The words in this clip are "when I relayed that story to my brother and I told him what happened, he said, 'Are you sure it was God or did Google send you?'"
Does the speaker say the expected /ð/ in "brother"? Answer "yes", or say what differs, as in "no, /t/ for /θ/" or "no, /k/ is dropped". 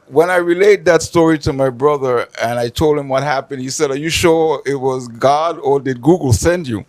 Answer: yes